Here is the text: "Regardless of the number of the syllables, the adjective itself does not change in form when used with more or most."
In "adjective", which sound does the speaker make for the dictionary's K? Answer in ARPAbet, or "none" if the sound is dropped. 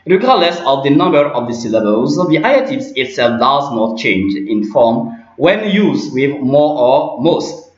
none